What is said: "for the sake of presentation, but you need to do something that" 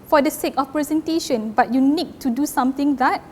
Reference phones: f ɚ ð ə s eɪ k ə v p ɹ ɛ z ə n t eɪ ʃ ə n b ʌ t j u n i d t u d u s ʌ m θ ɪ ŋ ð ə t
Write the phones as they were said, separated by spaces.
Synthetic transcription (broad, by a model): f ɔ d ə s eɪ k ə f p ɹ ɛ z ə n t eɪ ʃ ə n b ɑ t j u n i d t u d u s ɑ m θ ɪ ŋ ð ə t